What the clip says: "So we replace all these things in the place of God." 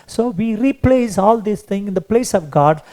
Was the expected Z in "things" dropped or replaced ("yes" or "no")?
yes